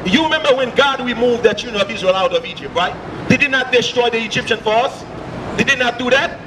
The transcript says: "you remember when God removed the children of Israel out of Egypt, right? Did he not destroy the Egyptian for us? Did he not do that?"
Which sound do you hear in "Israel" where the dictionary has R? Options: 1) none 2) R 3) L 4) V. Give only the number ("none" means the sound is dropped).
2